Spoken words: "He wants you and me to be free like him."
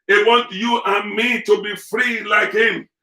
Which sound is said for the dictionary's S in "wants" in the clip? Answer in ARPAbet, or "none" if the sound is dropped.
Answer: none